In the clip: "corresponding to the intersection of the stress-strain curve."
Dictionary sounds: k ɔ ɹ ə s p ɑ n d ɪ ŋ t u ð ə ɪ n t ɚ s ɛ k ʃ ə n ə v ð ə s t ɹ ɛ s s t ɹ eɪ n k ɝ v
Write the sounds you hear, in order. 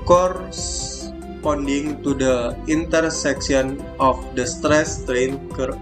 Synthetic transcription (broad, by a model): k ɔ ɹ s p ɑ n d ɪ ŋ t u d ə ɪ n t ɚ s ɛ k s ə n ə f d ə s t ɹ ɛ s s t ɹ eɪ n k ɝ